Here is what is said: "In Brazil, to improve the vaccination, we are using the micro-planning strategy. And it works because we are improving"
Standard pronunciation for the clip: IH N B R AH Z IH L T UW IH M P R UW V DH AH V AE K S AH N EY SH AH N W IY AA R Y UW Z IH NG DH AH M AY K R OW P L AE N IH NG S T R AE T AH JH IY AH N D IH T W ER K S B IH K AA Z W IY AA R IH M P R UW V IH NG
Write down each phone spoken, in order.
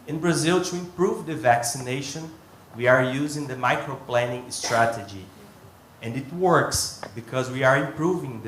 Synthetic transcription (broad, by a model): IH N B R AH Z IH L T UW IH M P R UW V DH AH V AE K S AH N EY SH AH N W IY AA R Y UW Z IH NG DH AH M AY K R OW P L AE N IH NG S T R AE T AH JH IY AH N D IH T W ER K S B IH K AA Z W IY AA R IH M P R UW V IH NG